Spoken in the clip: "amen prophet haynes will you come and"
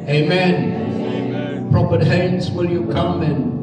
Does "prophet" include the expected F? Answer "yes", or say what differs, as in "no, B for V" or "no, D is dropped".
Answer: no, P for F